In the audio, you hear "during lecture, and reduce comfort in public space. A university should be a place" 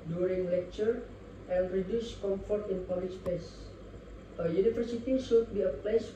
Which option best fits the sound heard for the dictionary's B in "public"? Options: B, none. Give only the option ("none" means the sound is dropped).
none